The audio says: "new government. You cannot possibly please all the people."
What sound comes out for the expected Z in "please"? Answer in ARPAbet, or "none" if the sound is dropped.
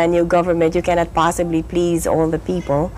Z